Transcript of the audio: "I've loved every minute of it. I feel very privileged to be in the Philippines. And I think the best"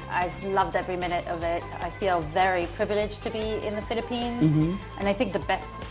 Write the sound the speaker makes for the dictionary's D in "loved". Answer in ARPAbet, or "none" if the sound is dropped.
D